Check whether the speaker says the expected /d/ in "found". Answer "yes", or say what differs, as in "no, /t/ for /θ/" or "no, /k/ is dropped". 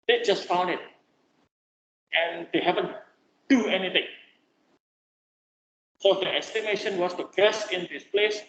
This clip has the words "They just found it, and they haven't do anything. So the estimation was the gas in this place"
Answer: no, /d/ is dropped